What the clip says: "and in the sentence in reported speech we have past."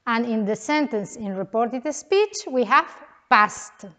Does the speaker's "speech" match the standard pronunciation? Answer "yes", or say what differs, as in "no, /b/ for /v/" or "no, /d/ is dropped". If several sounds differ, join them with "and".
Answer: yes